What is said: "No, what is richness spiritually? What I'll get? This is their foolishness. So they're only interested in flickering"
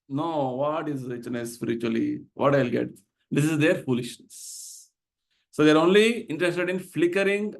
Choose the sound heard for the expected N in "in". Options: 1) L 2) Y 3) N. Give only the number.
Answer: 3